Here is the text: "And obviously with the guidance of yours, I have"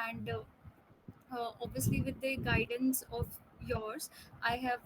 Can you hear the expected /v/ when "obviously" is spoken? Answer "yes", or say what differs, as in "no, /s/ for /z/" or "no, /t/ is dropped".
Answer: yes